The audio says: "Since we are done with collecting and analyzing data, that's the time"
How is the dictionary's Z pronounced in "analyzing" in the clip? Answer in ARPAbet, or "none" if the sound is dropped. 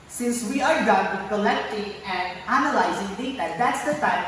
Z